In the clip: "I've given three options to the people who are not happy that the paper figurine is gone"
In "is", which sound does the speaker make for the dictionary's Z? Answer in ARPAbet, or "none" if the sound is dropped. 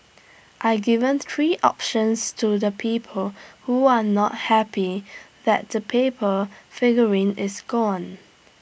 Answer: S